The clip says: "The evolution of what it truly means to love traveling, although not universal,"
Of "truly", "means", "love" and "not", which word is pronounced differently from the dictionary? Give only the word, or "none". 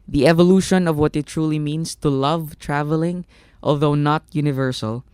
means